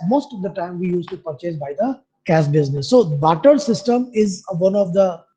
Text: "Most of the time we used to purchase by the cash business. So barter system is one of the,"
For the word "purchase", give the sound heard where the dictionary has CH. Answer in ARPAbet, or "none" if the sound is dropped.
CH